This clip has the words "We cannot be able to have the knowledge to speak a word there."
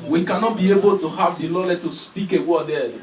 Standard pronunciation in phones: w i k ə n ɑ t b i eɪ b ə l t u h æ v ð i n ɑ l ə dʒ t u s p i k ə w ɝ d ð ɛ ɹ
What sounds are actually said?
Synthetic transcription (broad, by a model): w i k ə n ɑ t b i eɪ b ə l t u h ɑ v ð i l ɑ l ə t u s p i k ə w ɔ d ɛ